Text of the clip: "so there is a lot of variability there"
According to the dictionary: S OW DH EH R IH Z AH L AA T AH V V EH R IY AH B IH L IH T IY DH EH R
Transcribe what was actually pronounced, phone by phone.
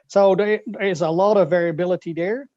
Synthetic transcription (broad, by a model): S OW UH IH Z AH L AA T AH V V EH R IY AH B IH L IH T IY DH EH R